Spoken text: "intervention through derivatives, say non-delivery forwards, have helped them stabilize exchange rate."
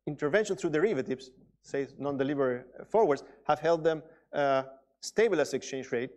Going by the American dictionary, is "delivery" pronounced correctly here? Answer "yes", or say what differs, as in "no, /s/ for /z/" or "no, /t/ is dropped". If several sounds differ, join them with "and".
no, /b/ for /v/